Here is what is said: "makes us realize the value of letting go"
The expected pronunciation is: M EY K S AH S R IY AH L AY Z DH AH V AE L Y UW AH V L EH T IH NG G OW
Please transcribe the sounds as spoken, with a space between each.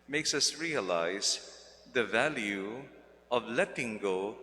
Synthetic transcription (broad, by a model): M EY K S AH S R IY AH L AY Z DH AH V AE L Y UW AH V L EH T IH NG G OW